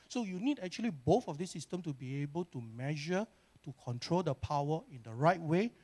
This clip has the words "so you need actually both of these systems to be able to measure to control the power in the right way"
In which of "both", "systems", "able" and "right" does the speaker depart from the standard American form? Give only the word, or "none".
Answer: systems